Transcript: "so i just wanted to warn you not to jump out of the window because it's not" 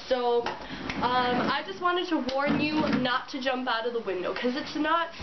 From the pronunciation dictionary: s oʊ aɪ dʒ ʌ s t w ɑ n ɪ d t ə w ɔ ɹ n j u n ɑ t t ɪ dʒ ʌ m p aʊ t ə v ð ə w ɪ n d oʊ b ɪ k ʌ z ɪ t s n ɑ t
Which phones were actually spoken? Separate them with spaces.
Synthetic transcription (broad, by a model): s oʊ aɪ dʒ ʌ s t w ɑ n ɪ d t ə w ɔ ɹ n j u n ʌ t t ɪ dʒ ʌ m p aʊ t ə v ð ə w ɪ n d oʊ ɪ k ʌ z ɪ t s n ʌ t